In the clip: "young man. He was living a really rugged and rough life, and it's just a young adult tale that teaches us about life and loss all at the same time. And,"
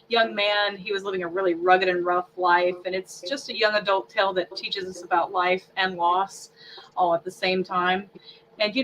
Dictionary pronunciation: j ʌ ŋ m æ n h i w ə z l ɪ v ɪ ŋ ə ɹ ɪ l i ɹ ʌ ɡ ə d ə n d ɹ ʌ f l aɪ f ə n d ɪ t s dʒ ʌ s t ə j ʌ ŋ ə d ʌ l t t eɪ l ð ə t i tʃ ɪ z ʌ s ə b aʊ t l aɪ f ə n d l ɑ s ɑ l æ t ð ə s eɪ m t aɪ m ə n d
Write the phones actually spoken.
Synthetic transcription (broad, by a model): j ʌ ŋ m æ n i w ə z l ɪ v ɪ ŋ ə ɹ ɪ l i ɹ ʌ ɡ ə d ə n ɹ ʌ f l aɪ f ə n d ɪ t s dʒ ʌ s t ə j ʌ ŋ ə d ʌ l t t eɪ l ð ə t i tʃ ɪ z ʌ s ə b aʊ t l aɪ f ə n l ɑ s ɑ l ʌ t ð ə s eɪ m t aɪ m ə n